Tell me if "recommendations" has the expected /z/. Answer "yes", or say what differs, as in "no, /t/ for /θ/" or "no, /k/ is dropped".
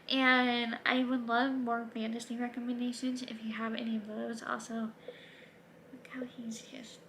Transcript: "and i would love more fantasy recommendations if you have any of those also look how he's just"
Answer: yes